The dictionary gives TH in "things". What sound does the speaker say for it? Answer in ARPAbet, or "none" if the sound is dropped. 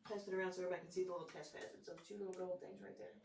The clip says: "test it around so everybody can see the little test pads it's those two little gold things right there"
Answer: TH